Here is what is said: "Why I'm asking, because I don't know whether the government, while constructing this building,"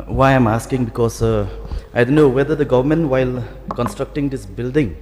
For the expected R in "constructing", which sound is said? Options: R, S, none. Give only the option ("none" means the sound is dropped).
R